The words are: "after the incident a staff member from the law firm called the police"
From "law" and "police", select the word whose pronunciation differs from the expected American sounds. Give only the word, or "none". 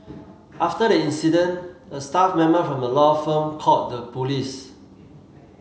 none